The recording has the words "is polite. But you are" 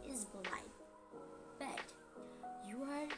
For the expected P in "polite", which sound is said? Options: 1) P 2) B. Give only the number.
2